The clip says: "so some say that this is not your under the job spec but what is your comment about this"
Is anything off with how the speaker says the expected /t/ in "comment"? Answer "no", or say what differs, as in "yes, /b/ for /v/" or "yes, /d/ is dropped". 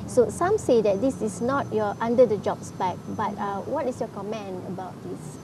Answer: yes, /t/ is dropped